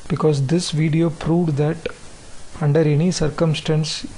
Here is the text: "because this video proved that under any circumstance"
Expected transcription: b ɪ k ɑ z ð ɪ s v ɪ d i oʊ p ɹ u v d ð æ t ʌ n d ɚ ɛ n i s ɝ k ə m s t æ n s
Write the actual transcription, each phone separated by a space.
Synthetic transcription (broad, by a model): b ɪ k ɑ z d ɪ s v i d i oʊ p ɹ u v d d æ t ʌ n d ɚ ɛ n i s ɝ k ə m s t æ n s